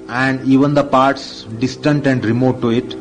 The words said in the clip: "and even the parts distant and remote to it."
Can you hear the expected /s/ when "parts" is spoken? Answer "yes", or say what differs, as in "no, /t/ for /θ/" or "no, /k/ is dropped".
yes